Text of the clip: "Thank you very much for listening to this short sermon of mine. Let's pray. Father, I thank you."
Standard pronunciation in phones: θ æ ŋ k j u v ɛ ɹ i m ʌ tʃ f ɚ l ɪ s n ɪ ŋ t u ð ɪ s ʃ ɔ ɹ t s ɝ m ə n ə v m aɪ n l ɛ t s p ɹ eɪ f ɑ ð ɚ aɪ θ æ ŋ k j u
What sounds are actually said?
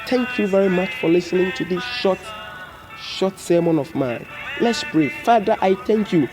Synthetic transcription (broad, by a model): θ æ ŋ k j u v ɛ ɹ i m ʌ tʃ f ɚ l ɪ s n ɪ ŋ t u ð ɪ ʃ ʃ ɔ t s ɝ m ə n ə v m aɪ n l ɛ t s b ɹ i f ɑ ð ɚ aɪ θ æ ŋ k j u